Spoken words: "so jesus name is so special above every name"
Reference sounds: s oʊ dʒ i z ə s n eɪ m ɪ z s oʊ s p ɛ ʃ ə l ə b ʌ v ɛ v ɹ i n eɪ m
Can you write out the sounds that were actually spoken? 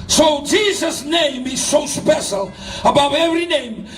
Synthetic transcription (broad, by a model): s oʊ dʒ i z ə s n eɪ m ɪ z s oʊ s p ɛ ʃ ə l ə b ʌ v ɛ v ɹ i n eɪ m